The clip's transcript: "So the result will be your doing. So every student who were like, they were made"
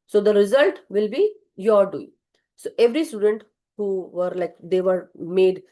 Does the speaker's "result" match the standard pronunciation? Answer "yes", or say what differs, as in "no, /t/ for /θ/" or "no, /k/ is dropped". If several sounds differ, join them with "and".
yes